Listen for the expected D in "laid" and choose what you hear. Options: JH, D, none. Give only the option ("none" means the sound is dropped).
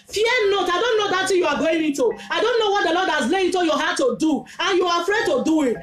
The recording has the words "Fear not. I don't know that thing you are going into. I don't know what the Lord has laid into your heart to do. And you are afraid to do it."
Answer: none